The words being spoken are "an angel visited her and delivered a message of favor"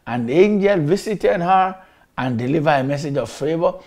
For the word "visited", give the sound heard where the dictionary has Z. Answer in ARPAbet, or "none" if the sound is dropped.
S